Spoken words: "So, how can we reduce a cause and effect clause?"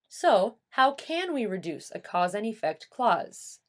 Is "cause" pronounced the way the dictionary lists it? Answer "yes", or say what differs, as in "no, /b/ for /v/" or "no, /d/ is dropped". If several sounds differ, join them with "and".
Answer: yes